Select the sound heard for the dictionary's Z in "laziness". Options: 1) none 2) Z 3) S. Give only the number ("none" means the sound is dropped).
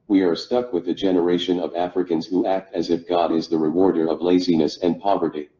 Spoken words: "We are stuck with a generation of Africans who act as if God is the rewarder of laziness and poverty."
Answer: 2